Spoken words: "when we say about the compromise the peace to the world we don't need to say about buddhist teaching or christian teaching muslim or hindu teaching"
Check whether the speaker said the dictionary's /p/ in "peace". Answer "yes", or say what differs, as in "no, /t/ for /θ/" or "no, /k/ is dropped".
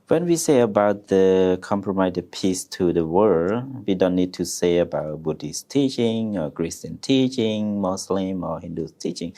yes